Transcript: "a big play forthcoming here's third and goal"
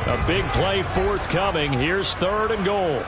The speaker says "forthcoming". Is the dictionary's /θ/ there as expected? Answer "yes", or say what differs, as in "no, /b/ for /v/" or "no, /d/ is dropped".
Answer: yes